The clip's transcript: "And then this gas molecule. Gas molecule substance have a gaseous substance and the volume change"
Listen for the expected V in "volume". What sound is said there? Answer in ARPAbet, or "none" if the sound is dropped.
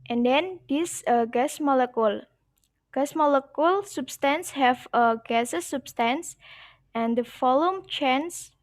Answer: F